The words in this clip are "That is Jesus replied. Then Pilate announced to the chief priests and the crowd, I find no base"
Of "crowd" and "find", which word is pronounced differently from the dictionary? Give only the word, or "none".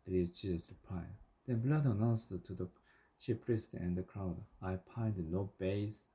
find